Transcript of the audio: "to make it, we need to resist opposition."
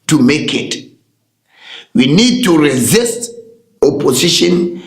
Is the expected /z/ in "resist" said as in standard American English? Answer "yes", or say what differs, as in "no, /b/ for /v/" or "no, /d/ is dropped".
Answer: yes